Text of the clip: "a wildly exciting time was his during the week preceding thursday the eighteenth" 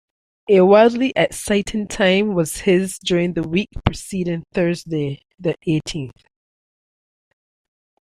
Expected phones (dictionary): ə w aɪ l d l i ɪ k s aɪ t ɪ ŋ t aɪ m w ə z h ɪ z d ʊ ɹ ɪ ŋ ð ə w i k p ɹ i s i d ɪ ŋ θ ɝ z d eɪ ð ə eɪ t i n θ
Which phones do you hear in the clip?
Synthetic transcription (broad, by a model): ə w aɪ l d l i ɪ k s aɪ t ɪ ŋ t aɪ m w ə z h ɪ z d ʊ ɹ ɪ ŋ ð ə w i k p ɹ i s i d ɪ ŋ θ ɝ z d eɪ ð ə eɪ t i n θ